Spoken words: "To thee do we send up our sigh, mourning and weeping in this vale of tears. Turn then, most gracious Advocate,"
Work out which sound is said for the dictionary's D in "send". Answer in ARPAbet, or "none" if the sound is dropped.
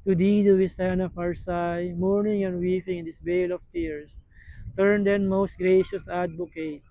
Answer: none